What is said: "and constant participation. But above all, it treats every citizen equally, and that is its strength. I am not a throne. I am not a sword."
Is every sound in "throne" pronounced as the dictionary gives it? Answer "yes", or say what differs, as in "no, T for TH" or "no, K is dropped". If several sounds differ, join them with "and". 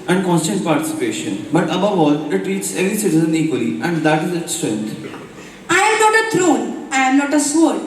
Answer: no, T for TH